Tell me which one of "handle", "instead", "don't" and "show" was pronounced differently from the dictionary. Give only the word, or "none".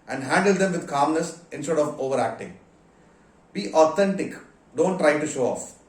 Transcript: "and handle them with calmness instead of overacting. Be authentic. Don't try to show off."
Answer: none